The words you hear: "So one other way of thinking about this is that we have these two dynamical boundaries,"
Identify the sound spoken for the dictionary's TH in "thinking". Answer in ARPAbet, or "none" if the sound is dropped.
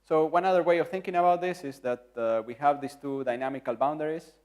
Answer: TH